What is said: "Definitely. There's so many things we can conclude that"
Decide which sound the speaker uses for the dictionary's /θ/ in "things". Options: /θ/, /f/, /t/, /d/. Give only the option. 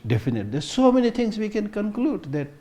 /t/